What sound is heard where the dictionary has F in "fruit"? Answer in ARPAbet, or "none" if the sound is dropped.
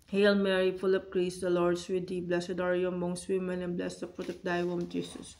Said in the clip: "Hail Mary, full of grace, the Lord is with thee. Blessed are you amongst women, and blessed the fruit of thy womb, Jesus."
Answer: P